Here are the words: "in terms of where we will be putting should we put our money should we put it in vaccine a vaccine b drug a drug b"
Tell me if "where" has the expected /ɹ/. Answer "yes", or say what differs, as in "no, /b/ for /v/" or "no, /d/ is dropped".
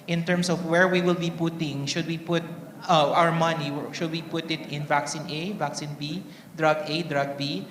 yes